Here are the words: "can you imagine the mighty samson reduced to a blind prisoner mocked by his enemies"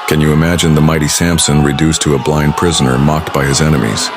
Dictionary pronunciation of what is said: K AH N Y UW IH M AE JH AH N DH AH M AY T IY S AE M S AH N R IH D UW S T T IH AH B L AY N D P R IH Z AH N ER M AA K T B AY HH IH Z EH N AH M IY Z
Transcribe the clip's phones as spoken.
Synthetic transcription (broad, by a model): K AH N Y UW IH M AE JH AH N DH AH M AY T IY S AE M S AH N R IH D UW S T T IH AH B L AY N D P R IH Z AH N ER M AA K T B AY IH Z EH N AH M IY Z